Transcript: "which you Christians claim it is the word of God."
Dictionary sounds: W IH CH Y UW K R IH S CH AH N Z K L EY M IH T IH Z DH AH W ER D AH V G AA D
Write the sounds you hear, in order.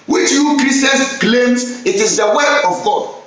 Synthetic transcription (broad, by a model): W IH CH Y UW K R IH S AH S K L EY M IH T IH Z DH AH W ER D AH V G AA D